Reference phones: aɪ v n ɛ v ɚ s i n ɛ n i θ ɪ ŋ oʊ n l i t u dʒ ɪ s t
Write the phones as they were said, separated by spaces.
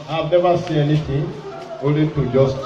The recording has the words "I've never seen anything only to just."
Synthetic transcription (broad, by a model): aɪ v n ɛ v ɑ s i ɛ n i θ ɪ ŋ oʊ l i t u dʒ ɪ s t